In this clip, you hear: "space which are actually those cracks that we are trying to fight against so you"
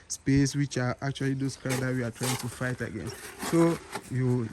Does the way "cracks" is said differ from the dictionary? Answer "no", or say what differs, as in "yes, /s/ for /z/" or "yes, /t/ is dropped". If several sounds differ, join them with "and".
yes, /ɹ/ is dropped